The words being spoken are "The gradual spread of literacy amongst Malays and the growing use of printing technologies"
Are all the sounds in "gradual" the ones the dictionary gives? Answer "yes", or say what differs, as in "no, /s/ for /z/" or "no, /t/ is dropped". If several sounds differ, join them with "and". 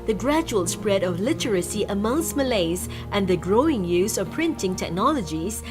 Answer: yes